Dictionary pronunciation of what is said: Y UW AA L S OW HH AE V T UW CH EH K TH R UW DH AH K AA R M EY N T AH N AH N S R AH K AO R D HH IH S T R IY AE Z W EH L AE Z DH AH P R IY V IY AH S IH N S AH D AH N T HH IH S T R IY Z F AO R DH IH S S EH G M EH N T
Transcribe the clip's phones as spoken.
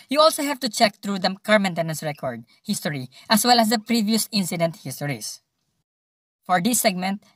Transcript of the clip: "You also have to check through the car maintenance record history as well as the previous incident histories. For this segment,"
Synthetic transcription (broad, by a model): Y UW AA L S OW HH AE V T UW CH EH K T R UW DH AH K AA R M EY N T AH N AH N S R AH K AO R D HH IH S T R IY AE S W EH L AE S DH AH P R IY V IY AH S IH N S AH D AH N T HH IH S T R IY S F AO R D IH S S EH G M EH N T